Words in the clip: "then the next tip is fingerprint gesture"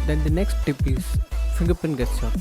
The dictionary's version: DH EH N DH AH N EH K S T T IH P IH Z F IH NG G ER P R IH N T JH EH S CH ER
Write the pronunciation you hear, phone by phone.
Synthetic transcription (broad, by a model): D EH N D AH N EH K S T T IH P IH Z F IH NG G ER P IH N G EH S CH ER